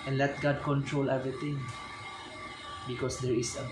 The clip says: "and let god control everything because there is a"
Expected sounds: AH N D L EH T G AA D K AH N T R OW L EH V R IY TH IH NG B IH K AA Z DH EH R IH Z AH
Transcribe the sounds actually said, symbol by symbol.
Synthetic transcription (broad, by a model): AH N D L EH T G AA D K AH N T R OW L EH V R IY T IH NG B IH K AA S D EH R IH S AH